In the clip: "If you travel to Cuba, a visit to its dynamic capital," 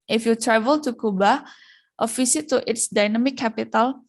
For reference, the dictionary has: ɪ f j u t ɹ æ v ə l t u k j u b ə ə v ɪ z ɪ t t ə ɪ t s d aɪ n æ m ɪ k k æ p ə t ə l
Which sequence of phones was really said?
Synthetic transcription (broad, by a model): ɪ f j u t ɹ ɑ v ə l t u k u b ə ə f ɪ s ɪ t t ɪ t s d aɪ n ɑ m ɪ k k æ p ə t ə l